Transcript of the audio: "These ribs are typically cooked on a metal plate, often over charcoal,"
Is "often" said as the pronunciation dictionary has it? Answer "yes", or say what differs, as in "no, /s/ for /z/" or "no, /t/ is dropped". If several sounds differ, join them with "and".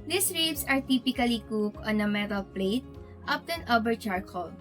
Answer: no, /p/ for /f/